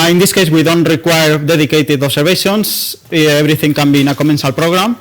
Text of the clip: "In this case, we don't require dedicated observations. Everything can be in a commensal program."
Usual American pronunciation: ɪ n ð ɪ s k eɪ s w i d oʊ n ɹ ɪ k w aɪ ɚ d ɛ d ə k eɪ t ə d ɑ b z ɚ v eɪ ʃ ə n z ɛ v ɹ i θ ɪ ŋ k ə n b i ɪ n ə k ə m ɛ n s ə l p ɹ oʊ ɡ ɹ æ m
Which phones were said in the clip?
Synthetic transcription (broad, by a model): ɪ n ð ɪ s k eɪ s w i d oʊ n ɹ ɪ k w aɪ ɚ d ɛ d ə k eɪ t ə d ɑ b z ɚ b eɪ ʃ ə n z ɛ b ɹ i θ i ŋ k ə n b i n ə k ə m ɛ n s ə l p ɹ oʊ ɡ ɹ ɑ m